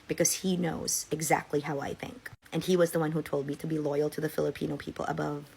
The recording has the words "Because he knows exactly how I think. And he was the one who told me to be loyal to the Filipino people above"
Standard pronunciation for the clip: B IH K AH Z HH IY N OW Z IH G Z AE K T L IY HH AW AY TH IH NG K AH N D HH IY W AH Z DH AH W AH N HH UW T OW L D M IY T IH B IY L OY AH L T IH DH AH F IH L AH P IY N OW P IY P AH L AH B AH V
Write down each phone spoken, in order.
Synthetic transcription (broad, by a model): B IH K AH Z HH IY N OW Z IH G Z AE K T L IY HH AW AY TH IH NG K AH N IY W AH Z DH AH W AH N HH UW T OW L D M IY T IH B IY L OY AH L T IH DH AH F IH L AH P IY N OW P IY P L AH B AH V